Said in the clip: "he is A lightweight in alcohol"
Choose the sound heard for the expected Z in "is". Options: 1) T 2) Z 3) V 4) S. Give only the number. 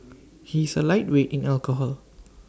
4